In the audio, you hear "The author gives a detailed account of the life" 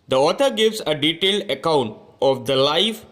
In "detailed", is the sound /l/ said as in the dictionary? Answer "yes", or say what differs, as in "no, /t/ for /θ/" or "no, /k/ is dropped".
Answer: yes